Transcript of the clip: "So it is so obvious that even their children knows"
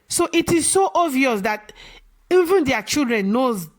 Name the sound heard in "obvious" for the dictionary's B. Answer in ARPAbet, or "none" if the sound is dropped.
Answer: none